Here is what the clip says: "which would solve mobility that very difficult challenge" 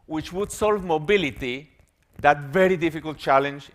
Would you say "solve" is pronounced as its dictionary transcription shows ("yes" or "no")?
yes